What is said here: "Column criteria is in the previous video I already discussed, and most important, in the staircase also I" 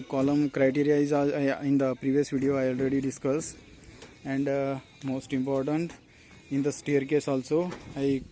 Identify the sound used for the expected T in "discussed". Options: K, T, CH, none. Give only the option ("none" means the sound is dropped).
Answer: none